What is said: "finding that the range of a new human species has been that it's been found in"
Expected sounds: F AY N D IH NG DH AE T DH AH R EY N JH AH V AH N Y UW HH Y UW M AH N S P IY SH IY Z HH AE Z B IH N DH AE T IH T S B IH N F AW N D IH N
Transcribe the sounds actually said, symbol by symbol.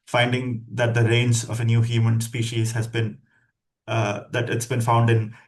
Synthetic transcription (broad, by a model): F AY N D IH NG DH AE T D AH R EY N Z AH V AH N Y UW HH Y UW M AH N S P IY SH IY Z HH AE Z B IH N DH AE T IH T S B IH N F AW N D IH N